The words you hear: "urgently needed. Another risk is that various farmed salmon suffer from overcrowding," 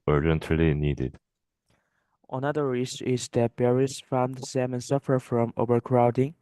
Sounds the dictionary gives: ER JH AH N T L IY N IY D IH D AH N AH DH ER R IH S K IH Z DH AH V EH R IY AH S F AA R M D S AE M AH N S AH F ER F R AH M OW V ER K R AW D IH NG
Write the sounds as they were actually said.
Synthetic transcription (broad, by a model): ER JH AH N T L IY N IY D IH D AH N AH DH ER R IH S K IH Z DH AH B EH R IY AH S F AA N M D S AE M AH N S AH F ER F R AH M OW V ER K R AW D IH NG